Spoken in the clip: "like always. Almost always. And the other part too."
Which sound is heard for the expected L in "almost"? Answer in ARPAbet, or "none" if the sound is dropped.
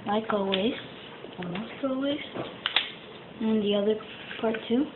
none